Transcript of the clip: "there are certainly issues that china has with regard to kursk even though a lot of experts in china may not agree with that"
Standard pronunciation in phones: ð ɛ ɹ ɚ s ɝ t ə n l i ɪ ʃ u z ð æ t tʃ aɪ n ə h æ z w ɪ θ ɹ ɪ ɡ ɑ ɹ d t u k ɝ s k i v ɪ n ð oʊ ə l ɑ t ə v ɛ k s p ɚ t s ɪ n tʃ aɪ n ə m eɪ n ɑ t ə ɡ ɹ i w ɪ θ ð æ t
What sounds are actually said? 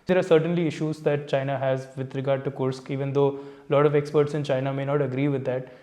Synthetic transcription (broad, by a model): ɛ ɹ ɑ s ɝ t ə n l i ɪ ʃ u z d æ t tʃ aɪ n ə h æ z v ɪ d ɹ ɪ ɡ ɑ ɹ d t u k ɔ s k i v ɪ n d oʊ l ɑ t ə v ɛ k s p ɚ t s ɪ n tʃ aɪ n ə m eɪ n ɑ t ə ɡ ɹ i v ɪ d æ t